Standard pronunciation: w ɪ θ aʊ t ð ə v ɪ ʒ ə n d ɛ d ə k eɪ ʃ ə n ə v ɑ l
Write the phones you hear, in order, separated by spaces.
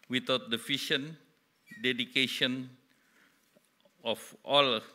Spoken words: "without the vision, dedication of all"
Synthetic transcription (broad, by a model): w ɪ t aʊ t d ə f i ʃ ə n d ɛ d ə k eɪ ʃ ə n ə f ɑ l